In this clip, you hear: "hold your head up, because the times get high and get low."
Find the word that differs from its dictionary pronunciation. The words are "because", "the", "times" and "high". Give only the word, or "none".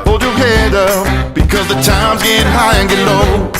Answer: none